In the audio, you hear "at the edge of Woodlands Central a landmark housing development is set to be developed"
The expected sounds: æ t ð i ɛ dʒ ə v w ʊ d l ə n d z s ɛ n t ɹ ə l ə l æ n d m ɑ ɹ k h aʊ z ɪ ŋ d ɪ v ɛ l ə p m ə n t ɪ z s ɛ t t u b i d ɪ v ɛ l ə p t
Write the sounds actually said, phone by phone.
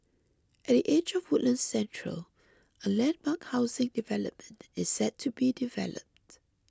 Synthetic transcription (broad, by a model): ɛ t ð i ɛ dʒ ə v w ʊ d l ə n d s ɛ n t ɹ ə l ə l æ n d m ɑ k h aʊ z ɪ ŋ d ɪ v ɛ l ə p m ə n t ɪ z s ɛ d t u b i d ɪ v ɛ l ə p t